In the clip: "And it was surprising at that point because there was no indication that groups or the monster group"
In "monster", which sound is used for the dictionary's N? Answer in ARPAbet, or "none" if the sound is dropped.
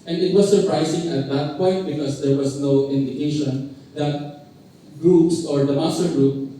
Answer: none